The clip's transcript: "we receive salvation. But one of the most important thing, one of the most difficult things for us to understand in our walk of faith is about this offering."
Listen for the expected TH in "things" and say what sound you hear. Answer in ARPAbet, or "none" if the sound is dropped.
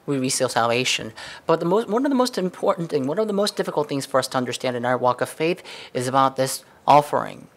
TH